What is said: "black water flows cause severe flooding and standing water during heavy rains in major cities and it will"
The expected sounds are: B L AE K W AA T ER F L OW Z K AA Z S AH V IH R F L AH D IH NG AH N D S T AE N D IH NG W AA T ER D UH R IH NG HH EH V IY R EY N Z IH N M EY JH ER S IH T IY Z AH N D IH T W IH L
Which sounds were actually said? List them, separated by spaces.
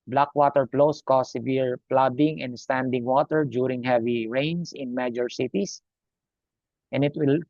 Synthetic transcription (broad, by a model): B L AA K W AA T ER P L OW S K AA S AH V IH R P L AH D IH NG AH N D S T AE N D IH NG W AA T ER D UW R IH NG HH EH V IY R EY N S IH N M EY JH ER S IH T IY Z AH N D IH T W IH L